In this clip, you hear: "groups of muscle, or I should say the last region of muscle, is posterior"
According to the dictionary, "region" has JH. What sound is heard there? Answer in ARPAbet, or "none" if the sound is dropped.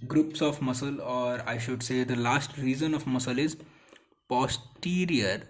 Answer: Z